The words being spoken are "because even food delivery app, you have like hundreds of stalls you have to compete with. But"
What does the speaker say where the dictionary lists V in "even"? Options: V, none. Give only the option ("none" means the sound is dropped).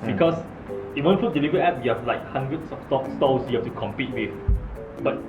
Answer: none